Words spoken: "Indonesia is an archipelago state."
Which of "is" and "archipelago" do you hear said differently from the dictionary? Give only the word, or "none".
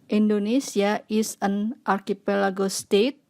is